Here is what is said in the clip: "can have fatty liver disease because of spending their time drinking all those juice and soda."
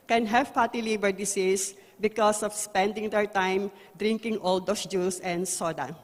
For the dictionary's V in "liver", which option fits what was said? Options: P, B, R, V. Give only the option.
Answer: B